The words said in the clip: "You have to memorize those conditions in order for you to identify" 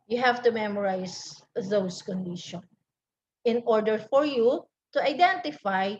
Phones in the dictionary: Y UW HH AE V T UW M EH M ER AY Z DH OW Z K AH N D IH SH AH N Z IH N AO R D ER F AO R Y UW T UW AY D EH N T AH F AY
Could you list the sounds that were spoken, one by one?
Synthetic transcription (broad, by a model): Y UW HH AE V T UW M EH M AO AY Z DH OW S K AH N D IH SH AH N IH N AO R D ER F AO R Y UW T UW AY D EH N T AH F AY